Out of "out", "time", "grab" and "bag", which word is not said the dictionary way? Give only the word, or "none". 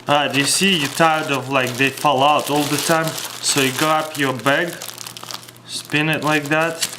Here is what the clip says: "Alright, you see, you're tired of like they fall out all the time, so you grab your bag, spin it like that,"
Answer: grab